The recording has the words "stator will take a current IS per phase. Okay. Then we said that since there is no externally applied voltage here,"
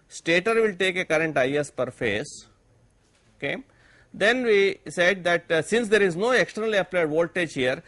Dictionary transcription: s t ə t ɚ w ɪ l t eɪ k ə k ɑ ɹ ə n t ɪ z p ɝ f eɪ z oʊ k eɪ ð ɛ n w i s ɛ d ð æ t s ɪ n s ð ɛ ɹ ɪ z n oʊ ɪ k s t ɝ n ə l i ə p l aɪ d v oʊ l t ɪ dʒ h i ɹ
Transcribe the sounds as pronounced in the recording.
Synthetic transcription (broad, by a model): s t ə t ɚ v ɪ l t eɪ k ə k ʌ ɹ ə n t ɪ s p ɝ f eɪ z oʊ k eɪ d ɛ n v i s ɛ d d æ t s ɪ n s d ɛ ɹ ɪ z n oʊ ɪ k s t ɝ n ə l i ə p l aɪ d v oʊ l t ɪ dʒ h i ɹ